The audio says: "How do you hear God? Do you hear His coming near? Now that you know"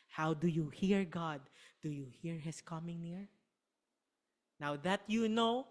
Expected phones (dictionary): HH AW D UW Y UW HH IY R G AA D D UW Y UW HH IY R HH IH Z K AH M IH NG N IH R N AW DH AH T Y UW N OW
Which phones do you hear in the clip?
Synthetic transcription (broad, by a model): HH AW D UW Y UW HH IY R G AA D D UW Y UW HH IY R HH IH S K AH M IH NG N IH R N AW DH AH T Y UW N OW